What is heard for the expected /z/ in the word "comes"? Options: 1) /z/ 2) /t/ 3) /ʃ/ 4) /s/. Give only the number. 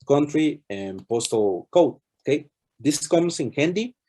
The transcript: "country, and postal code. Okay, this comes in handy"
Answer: 4